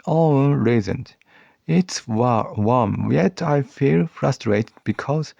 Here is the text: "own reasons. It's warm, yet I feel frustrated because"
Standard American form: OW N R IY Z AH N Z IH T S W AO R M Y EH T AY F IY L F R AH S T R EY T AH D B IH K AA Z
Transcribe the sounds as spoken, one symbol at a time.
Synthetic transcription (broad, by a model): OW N R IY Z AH N IH T S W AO W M Y EH T AY F IY L F R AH S T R EY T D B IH K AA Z